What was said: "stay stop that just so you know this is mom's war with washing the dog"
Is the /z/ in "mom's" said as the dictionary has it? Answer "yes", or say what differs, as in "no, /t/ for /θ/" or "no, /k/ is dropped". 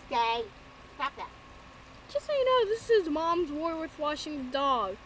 yes